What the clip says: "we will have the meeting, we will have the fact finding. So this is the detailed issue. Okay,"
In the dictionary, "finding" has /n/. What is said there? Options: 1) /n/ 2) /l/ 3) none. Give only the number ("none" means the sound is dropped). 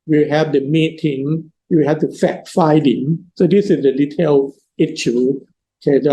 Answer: 3